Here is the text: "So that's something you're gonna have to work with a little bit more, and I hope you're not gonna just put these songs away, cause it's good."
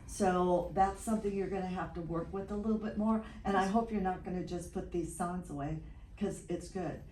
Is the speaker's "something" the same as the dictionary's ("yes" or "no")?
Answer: yes